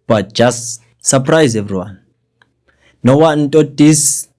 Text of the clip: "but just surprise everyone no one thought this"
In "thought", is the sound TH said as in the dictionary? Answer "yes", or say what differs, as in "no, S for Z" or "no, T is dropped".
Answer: no, T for TH